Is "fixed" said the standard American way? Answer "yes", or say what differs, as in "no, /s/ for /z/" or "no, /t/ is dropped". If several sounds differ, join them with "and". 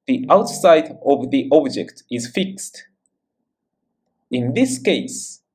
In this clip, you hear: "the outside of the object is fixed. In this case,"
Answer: yes